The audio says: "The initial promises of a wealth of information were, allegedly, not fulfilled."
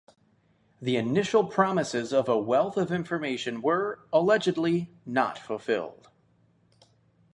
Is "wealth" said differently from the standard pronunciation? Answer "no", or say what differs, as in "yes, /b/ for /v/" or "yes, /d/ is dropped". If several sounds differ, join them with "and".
no